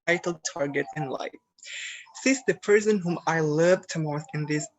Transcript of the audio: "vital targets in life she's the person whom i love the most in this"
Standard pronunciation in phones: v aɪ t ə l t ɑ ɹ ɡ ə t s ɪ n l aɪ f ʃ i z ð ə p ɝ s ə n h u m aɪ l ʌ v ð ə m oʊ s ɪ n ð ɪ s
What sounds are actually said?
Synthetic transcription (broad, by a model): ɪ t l t ɑ ɹ ɡ ə t s ɪ n l aɪ f s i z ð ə p ɝ s ə n h u m aɪ l ʌ v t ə m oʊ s ɪ n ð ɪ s